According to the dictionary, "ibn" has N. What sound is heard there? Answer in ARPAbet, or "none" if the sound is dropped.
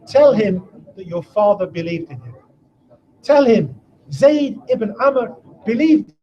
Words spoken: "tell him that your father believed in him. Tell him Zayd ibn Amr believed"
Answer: N